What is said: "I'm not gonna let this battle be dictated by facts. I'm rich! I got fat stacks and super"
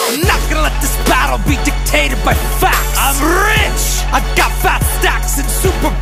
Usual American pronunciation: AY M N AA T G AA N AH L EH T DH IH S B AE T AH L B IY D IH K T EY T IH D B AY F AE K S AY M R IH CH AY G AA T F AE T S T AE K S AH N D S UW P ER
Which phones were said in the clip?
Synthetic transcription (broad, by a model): AY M N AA T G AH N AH L EH T DH IH S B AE T L B IY D IH K T EY T IH D B AY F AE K AY M R IH CH AY G AA T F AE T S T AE K S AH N S UW P ER